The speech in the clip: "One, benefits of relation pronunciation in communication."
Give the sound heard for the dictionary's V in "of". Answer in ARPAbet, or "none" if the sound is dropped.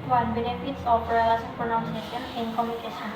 P